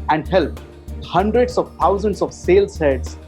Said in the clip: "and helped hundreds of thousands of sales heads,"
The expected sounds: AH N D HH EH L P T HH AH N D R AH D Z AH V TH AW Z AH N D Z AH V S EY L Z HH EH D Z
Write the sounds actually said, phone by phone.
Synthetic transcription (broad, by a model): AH N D HH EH L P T HH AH N D R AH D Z AH V T AW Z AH N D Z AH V S EY L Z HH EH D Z